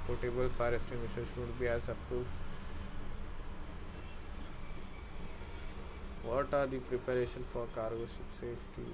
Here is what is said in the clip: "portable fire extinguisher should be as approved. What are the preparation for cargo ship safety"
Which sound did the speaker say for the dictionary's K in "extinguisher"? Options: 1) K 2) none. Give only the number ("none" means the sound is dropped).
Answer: 2